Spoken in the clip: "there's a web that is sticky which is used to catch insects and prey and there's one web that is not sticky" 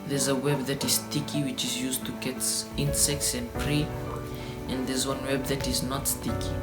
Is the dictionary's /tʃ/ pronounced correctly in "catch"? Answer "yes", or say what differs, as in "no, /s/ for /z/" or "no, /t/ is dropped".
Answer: no, /s/ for /tʃ/